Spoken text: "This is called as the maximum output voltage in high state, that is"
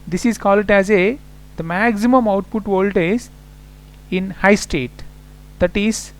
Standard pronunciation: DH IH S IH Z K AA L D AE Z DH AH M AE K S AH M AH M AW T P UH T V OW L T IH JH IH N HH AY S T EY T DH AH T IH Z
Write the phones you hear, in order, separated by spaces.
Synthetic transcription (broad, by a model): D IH S IH Z K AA L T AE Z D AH M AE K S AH M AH M AW T P UH T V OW L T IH Z IH N HH AY S T EY T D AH T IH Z